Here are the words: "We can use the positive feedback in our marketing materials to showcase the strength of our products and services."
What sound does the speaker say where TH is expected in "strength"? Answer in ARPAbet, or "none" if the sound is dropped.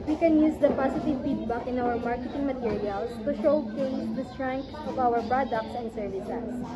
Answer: S